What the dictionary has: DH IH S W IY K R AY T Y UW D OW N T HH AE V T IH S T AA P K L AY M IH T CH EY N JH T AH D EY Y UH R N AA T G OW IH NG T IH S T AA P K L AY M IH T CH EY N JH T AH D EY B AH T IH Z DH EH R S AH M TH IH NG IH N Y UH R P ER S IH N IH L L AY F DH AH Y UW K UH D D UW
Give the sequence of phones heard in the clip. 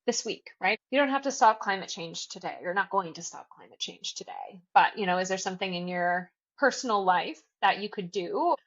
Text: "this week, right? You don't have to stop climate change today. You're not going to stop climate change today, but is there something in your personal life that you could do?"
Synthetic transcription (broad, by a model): DH IH S W IY K R AY T Y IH D OW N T HH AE F T IH S T AA P K L AY M IH T CH EY N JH T AH D EY Y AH R N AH T G OW IH NG T IH S T AA P K L AY M IH T CH EY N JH T AH D EY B AH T IH Z DH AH R S AH M TH IH NG IH N Y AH R P ER S N L L AY F DH AH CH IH K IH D D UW